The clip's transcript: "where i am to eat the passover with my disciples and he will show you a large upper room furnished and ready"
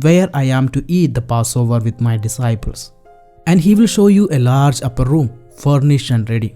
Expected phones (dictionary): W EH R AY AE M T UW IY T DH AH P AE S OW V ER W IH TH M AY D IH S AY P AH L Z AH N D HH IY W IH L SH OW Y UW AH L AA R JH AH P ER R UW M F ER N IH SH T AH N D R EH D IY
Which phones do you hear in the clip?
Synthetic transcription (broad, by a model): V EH R AY AE M T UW IY T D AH P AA S OW V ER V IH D M AY D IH S AY P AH L S AH N D HH IY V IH L SH OW Y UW AH L AA R JH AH P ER R UW M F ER N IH SH AH N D R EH D IY